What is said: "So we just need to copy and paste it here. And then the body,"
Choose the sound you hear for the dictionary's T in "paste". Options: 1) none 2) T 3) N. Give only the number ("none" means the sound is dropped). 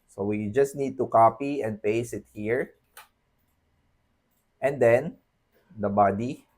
1